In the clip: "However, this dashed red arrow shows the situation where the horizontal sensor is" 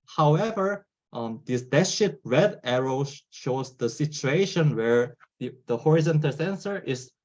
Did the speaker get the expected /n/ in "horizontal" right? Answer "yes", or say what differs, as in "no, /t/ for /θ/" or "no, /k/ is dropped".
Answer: yes